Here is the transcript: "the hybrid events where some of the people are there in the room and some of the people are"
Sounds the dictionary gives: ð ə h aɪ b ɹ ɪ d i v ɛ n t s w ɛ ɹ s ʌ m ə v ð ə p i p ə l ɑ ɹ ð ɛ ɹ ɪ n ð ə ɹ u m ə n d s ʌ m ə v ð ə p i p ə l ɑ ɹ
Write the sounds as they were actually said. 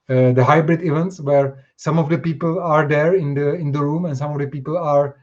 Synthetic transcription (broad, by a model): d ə h aɪ b ɹ ɪ d i v ɛ n t s w ɛ ɹ s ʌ m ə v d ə p i p ə l ɑ ɹ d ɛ ɹ ɪ n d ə ɹ u m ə n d s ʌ m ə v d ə p i p ə l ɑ ɹ